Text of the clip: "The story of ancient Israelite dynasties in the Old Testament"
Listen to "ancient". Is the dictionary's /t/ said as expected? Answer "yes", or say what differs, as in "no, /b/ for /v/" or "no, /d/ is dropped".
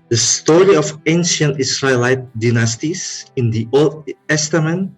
yes